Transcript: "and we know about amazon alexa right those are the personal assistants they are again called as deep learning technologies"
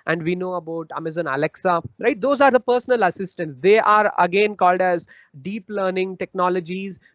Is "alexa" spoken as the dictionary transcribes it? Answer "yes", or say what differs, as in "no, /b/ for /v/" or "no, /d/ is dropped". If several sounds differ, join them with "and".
yes